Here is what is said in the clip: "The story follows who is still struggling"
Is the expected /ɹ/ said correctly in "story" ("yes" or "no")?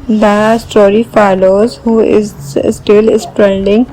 yes